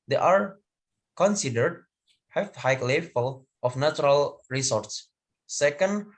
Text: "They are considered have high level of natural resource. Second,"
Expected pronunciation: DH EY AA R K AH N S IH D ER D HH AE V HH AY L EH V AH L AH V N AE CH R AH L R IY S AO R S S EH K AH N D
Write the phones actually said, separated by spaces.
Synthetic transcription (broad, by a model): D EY AA R K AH N S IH D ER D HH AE F HH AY L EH F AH L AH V N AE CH R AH L R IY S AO R S S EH K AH N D